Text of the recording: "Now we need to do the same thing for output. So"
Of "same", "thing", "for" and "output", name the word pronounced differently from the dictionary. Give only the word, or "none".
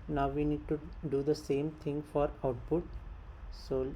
thing